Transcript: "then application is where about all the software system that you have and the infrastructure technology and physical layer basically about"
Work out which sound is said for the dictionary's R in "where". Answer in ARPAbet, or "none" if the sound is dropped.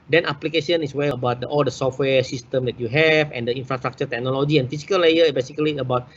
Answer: L